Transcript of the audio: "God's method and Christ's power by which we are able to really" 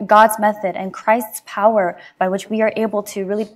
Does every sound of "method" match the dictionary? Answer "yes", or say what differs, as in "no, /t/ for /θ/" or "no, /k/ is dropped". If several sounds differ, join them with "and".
yes